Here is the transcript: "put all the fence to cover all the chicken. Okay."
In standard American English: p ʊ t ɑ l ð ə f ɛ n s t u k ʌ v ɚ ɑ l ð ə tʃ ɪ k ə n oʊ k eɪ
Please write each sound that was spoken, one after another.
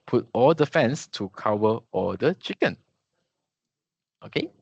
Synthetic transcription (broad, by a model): p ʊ t ɑ l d ə f ɛ n s t u k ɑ w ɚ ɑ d ə tʃ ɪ k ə n oʊ k eɪ